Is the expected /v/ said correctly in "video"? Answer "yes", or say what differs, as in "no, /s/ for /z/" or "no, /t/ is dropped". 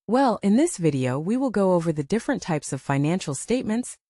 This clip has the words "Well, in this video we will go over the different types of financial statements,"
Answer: yes